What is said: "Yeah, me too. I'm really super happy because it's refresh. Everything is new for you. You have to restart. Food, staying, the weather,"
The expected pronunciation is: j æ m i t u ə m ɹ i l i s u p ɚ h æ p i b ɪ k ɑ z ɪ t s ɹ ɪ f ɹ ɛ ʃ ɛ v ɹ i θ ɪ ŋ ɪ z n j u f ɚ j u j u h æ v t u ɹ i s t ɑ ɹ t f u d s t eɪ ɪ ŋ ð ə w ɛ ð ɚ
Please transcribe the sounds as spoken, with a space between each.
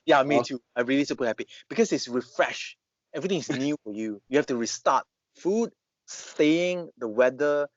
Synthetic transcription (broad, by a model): j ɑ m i t u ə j ɹ i l i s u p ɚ h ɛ p i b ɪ k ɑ s ɪ t s ɹ ɪ f ɹ ɛ ʃ ɛ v ɹ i t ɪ ŋ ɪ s n j u f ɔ j u j u h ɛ f t u ɹ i s t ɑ t f u d s t eɪ ɪ ŋ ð ə w ɛ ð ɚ